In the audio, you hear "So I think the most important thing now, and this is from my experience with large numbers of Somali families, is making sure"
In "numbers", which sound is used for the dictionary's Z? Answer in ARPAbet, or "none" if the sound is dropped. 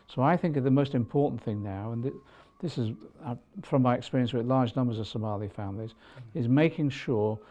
Z